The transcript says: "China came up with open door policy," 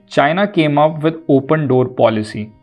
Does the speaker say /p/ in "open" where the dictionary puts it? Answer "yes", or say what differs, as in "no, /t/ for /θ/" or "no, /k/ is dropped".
yes